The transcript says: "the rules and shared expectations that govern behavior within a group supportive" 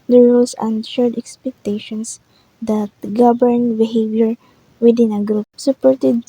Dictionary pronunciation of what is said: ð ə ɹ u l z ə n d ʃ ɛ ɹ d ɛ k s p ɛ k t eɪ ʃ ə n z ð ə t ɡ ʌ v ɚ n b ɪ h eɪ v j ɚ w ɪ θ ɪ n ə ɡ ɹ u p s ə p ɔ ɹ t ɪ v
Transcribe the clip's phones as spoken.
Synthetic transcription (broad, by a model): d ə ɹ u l s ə n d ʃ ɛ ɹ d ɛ k s p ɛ k t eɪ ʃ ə n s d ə t ɡ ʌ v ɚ n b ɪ h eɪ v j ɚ w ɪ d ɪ n ə ɡ ɹ u p s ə p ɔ ɹ t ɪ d